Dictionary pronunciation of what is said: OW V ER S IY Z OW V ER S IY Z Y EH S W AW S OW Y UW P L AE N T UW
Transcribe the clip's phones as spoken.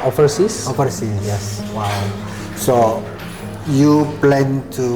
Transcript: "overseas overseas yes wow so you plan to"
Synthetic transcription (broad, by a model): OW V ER S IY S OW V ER S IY Y EH S W AW S OW Y UW P L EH N T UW